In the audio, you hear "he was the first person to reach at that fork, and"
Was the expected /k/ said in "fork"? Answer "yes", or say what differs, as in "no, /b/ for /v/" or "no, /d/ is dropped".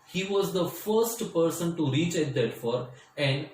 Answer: no, /k/ is dropped